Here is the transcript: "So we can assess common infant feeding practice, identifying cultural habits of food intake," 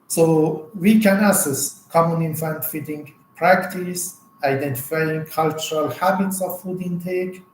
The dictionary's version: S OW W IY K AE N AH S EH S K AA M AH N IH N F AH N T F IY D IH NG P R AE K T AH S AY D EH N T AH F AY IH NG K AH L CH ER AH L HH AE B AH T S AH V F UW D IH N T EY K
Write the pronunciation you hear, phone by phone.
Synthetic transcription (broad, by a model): S OW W IY K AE N AH S EH S K AA M AH N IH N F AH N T F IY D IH NG P R AE K T AH S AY D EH N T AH F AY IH NG K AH L CH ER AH L HH AE B AH T S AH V F UW D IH N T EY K